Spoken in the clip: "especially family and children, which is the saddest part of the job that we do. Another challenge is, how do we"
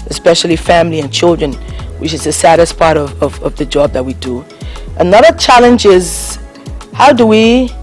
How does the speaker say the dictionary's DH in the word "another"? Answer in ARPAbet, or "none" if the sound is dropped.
DH